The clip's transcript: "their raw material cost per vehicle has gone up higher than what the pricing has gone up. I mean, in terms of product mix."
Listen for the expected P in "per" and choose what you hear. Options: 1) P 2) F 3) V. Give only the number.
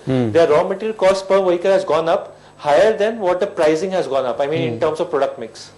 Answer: 1